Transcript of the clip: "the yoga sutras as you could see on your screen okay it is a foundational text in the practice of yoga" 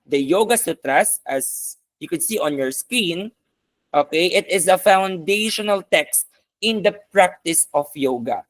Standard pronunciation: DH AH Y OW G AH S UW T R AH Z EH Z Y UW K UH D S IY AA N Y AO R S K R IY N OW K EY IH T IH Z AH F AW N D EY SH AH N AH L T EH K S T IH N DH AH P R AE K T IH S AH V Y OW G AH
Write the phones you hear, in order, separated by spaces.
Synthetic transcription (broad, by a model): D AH Y OW G AH S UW T R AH S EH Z Y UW K UH D S IY AA N Y AO R S K IY N OW K EY IH T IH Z AH F AW N D EY SH AH N AH L T EH K S T IH N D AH P R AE K T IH S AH F Y OW G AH